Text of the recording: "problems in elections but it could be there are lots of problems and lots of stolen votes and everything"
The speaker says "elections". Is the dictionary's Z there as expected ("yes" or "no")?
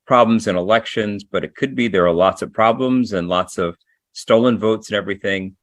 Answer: yes